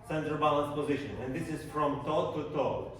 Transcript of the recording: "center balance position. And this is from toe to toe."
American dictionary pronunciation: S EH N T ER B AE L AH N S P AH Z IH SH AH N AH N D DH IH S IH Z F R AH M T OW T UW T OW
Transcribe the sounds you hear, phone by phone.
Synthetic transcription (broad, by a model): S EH N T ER B AE L AH N S P AH Z IH SH AH N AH N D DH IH S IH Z F R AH M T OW T UW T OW